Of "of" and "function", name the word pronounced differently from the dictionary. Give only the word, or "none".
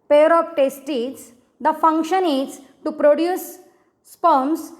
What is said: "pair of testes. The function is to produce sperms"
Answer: of